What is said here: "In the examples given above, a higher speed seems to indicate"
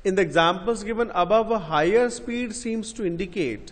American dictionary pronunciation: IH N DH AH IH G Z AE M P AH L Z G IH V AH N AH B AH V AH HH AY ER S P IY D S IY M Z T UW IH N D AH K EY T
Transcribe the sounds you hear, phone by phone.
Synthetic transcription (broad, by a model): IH N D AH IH G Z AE M P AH L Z G IH V AH N AH B AH V AH HH AY ER S P IY D S IY M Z T UW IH N D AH K EY T